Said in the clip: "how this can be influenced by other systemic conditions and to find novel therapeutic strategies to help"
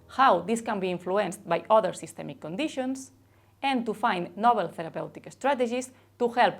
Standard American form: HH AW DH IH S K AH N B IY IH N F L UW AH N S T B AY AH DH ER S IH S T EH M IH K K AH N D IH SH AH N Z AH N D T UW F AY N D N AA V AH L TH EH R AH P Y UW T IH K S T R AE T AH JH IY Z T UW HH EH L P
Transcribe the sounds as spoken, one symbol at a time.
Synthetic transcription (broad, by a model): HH AW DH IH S K AH N B IY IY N F L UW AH N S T B AY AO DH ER S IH S T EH M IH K K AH N D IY SH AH N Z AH N T UW F AY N N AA B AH L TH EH R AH P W T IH K S T R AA T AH ZH IY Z T UW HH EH L P